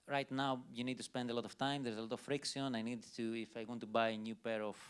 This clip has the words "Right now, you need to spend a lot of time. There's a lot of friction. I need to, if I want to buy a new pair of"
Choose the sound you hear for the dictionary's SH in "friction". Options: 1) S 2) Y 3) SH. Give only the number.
1